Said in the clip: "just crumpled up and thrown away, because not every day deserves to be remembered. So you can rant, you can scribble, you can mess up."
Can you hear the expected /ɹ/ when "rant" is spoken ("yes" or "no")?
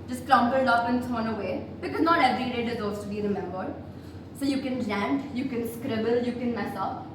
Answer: no